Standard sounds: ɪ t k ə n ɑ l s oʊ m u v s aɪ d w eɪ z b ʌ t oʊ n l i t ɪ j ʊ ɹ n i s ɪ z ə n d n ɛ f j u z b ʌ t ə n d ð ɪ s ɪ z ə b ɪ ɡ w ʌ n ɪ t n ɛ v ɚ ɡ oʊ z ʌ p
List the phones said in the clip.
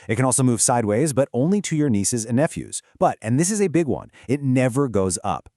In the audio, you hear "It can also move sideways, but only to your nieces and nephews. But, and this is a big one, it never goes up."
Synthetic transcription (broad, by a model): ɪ t k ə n ɑ l s oʊ m u v s aɪ d w eɪ z b ʌ t oʊ n l i t ɪ j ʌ ɹ n i s ɪ z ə n n ɛ f j u z b ʌ t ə n ð ɪ s ɪ z ə b ɪ ɡ w ʌ n ɪ t n ɛ v ɚ ɡ oʊ z ʌ p